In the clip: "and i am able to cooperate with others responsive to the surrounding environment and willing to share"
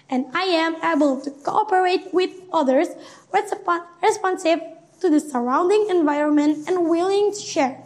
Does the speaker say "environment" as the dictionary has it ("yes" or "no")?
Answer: yes